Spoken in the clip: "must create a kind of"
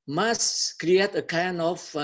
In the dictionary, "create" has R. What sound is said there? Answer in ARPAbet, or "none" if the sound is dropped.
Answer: R